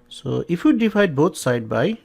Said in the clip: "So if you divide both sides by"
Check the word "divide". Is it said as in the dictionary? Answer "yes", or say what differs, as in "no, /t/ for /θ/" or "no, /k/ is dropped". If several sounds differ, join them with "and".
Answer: no, /p/ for /v/